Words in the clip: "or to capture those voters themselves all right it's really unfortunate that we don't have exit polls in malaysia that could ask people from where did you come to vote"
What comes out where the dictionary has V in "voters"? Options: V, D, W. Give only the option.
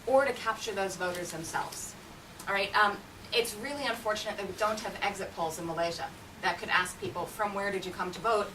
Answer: V